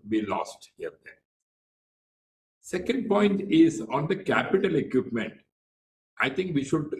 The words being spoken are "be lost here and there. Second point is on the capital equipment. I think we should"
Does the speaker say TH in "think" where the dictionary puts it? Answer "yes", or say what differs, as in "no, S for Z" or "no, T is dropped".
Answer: no, T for TH